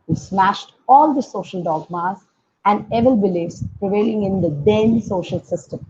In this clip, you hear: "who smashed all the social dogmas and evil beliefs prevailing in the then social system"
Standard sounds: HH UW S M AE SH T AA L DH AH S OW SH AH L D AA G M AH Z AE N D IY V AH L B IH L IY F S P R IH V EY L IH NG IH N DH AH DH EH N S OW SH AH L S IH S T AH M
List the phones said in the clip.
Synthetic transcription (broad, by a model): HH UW S M AE SH T AA L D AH S OW SH AH L D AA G M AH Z AE N D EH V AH L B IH L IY S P R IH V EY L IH NG IH N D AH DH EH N S OW SH AH L S IH S T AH M